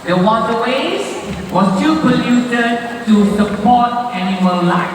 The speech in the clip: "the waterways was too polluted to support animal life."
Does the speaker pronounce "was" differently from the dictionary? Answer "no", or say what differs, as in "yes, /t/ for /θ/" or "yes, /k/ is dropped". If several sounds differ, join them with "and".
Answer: yes, /s/ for /z/